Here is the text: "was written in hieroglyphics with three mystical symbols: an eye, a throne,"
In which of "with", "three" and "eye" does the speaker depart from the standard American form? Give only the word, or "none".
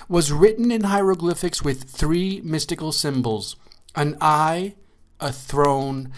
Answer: none